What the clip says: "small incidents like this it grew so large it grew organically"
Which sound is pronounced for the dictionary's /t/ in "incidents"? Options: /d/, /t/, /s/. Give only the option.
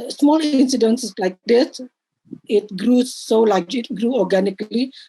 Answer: /s/